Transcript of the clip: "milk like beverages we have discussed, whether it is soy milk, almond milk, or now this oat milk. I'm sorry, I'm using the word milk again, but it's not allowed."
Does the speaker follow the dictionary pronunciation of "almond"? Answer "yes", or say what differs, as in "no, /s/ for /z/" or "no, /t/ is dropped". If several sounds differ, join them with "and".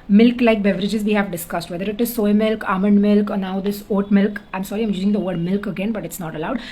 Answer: yes